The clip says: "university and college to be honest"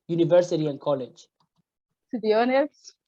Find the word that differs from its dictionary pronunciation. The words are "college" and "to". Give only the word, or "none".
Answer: to